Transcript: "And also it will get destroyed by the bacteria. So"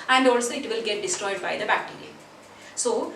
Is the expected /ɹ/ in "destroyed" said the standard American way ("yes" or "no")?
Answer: yes